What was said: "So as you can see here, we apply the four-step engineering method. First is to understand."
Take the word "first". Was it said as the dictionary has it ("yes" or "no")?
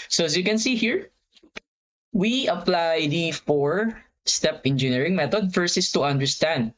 no